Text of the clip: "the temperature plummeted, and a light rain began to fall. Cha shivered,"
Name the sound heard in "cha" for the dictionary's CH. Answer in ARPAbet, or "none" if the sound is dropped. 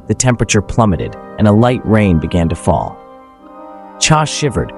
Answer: CH